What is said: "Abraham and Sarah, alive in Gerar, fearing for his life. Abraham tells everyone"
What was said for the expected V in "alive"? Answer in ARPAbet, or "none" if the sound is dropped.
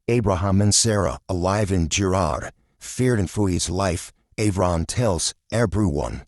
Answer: V